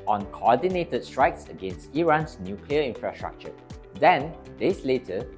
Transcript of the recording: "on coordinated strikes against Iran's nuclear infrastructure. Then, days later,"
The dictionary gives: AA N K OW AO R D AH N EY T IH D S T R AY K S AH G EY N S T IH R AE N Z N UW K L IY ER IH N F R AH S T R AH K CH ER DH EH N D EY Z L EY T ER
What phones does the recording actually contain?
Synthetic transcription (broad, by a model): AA N K OW AO D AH N EY T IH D S T R AY K S AH G EY N S T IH R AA N S N UW K L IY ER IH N F R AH S T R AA K CH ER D EH N D EY S L EY T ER